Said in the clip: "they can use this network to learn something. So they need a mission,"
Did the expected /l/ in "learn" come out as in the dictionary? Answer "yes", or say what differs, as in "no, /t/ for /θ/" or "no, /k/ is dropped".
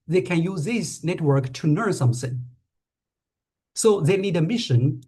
no, /n/ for /l/